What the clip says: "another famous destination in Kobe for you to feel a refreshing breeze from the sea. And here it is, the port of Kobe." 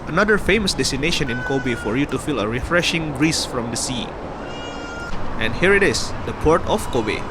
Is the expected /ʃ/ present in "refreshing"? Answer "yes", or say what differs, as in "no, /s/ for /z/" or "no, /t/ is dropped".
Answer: yes